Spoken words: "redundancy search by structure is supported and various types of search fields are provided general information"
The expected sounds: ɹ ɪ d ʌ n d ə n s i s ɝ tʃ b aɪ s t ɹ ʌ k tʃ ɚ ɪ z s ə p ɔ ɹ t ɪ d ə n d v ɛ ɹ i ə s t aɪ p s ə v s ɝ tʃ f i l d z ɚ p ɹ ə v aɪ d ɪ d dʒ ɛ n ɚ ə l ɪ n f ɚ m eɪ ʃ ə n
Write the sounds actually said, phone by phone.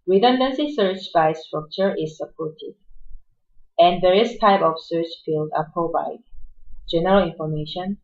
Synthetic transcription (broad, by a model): ɹ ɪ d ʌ n d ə n s i s ɝ tʃ b aɪ s t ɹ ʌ k tʃ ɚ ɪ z s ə p ɔ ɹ t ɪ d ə n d v ɛ ɹ i ə s t aɪ p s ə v s ɝ tʃ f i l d ɚ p ə b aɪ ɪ dʒ ɛ n ɚ ə l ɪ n f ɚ m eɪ ʃ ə n